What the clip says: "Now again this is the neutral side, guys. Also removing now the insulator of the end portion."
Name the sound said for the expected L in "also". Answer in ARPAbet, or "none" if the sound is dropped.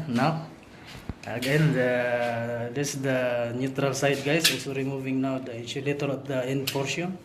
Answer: none